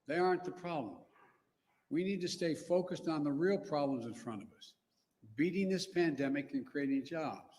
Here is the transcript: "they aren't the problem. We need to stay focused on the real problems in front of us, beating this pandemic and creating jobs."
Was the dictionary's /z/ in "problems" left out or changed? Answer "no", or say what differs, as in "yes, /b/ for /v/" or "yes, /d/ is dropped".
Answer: no